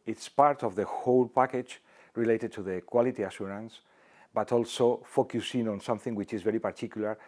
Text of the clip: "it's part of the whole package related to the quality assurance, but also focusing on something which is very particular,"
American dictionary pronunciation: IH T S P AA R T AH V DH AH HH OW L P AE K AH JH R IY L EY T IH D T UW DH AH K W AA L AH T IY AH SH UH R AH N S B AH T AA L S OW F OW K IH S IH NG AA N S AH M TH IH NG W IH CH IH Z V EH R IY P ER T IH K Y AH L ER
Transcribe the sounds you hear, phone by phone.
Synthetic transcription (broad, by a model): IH T S P AA R T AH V DH AH HH OW L P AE K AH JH R IY L EY T IH D T UW DH AH K W AA L AH T IY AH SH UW R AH N S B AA T AA L S OW F OW K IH S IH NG AA N S AH M TH IH NG W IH CH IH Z V EH R IY P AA T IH K Y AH L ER